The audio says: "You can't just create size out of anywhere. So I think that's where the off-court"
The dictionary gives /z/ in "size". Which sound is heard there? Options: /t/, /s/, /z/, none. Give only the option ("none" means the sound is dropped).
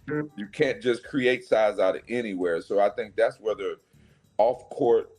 /z/